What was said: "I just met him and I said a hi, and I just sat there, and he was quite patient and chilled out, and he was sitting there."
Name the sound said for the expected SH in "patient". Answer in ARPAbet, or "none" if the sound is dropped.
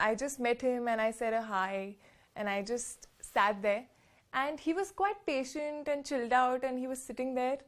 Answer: SH